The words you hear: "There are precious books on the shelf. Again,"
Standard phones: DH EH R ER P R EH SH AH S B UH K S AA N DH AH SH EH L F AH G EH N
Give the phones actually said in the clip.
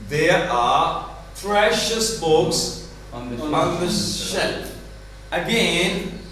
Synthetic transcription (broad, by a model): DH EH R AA P R EH SH AH S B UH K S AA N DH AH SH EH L AH G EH N